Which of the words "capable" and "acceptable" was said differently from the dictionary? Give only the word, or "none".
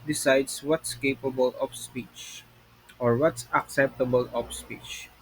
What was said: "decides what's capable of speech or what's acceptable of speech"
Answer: none